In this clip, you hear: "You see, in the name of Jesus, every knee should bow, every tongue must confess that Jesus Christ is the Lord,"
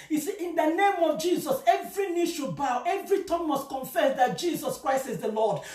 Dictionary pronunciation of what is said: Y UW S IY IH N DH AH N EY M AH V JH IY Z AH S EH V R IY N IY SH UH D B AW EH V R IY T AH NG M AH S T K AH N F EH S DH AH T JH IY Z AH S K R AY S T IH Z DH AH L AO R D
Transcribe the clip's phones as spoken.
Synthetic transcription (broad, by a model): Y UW S IY IH N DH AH N EY M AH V JH IY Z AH S EH V R IY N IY SH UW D B AW EH V R IY T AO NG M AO S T K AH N F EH S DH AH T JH IY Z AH S K R AY S T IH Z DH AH L AO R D